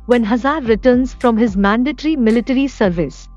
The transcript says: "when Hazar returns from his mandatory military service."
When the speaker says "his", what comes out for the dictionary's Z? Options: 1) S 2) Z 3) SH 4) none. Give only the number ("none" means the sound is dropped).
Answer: 2